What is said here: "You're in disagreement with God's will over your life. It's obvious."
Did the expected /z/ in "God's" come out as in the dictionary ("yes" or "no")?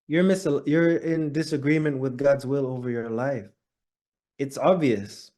yes